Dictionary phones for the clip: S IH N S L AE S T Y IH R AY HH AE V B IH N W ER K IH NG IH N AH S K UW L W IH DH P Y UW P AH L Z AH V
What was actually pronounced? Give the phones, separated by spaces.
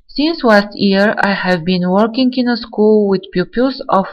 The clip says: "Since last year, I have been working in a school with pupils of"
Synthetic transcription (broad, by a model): S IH N S L AE S T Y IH R AY HH AE V B IH N W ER K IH NG IH N AH S K UW L W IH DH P Y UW P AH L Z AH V